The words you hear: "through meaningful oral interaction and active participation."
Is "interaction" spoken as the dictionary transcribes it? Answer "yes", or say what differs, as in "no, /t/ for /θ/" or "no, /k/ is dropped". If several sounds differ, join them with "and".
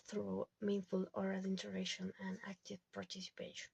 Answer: no, /k/ is dropped